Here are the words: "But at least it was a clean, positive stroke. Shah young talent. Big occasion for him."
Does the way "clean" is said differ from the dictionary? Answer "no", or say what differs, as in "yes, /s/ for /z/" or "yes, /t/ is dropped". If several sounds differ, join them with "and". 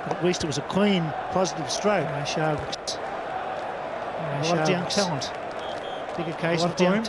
yes, /w/ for /l/